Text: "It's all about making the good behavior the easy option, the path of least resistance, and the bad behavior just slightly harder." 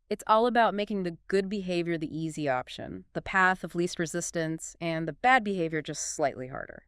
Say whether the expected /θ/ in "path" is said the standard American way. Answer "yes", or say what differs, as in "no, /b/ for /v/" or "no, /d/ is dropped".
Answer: yes